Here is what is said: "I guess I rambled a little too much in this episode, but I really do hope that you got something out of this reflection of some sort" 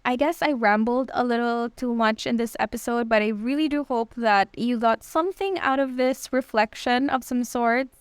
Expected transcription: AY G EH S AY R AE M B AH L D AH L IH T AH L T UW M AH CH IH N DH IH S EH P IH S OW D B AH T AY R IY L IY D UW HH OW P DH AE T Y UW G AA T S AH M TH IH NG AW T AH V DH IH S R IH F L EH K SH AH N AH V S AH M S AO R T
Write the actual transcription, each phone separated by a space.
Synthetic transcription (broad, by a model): AY G EH S AY R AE M B L D AH L IH T L T UW M AH CH IH N DH IH S EH P IH S OW D B AH T AY R IY L IY D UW HH OW P DH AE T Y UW G AA T S AH M TH IH NG AW T AH V DH IH S R IH F L EH K SH AH N AH V S AH M S AO R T